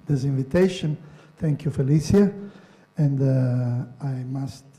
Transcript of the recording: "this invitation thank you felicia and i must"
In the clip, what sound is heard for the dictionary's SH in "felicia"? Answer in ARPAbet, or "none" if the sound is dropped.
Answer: S